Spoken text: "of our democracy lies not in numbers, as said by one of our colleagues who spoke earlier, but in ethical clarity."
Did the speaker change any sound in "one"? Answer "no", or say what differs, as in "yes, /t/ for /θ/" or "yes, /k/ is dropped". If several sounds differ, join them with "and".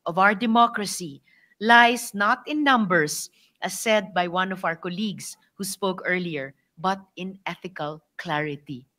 no